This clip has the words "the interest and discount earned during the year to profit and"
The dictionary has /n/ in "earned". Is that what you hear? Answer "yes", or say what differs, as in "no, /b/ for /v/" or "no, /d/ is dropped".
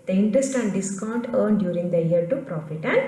yes